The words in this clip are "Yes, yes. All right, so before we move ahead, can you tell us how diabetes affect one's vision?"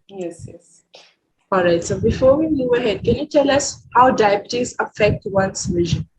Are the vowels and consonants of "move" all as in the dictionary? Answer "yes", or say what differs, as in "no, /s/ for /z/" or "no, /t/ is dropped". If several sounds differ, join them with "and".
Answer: no, /v/ is dropped